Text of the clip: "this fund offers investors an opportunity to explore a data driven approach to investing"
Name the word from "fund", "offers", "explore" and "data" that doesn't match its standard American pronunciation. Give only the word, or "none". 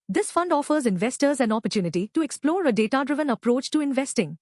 none